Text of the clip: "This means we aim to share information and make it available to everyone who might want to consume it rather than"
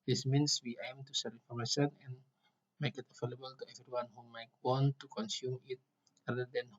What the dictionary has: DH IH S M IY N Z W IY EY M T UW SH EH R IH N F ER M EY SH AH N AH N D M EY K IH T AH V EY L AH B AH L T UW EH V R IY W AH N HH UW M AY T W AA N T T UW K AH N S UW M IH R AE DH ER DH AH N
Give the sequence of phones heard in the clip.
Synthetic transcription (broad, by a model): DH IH S M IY N S W IY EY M T UW S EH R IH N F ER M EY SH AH N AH N M EY K IH T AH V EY L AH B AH L T UW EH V R IY W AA N HH UW M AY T W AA N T T UW K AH N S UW M IH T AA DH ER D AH N